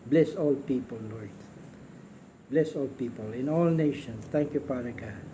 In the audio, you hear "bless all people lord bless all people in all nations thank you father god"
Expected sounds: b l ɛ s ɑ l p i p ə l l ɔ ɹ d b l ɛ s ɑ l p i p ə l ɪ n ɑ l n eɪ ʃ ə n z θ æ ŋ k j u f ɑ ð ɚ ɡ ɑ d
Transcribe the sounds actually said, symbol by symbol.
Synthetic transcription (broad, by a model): b l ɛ s ɑ l p i p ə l l ɔ ɹ d b l ɛ s ɑ l p i p ə l ɪ n ɑ l n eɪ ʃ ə n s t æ ŋ k j u p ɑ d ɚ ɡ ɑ